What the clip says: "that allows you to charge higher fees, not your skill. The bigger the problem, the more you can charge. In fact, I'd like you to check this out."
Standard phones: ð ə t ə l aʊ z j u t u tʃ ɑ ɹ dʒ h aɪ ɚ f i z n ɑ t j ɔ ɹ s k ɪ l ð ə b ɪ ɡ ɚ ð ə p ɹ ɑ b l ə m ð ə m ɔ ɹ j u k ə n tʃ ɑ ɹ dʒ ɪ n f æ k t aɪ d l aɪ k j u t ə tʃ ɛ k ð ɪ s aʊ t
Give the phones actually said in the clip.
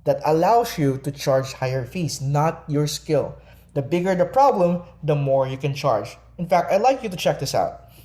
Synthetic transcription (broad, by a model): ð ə t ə l aʊ s j u t u tʃ ɑ ɹ dʒ h aɪ ɚ f i s n ɑ t j ɔ ɹ s k ɪ l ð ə b ɪ ɡ ɚ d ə p ɹ ɑ b l ə m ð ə m ɔ ɹ j u k ə n tʃ ɑ ɹ dʒ ɪ n f æ k t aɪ l aɪ k j u t ə tʃ ɛ k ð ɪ s aʊ t